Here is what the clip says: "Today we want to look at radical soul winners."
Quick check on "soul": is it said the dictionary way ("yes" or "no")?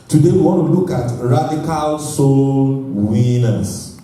yes